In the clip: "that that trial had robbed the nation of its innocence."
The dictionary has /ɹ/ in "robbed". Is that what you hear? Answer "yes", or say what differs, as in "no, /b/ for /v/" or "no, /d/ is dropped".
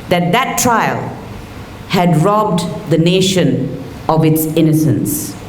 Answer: yes